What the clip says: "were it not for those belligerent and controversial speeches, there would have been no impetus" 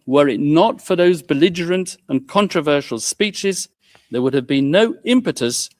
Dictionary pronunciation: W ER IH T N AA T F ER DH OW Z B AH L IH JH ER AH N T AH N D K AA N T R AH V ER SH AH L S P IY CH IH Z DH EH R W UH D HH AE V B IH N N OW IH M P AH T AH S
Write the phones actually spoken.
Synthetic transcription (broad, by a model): W ER IH T N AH T F ER DH OW Z B AH L IH JH ER AH N T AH N K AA N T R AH V ER SH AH L S P IY CH IH Z DH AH R W UH D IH V B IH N N OW IH M P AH T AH S